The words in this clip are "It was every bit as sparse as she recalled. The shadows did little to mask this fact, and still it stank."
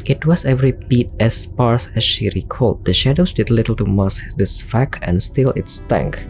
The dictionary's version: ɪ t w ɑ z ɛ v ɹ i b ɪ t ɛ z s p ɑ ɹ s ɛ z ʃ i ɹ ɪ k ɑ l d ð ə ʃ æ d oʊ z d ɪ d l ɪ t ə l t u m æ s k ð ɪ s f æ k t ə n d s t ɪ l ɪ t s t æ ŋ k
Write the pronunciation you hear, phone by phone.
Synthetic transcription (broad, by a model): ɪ t w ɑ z ɛ v ɹ i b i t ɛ s p ɑ ɹ s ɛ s ʃ i ɹ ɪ k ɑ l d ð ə ʃ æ d oʊ s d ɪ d l ɪ t ə l t u m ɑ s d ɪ s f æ k ə n s t ɪ l ɪ t s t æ ŋ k